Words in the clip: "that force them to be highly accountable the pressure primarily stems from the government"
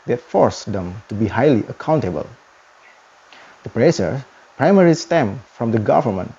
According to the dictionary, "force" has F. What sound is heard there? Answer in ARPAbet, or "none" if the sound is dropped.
F